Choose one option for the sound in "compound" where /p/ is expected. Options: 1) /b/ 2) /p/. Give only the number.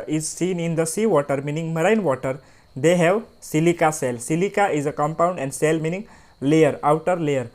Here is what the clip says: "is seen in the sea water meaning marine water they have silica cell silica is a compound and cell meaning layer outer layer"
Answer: 2